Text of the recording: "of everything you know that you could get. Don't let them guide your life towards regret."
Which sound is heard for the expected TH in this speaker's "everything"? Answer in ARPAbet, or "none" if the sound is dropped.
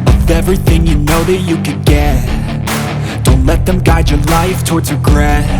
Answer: TH